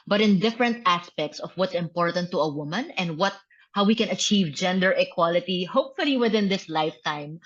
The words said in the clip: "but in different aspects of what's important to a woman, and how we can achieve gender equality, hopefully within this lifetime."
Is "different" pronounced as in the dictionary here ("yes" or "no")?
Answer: yes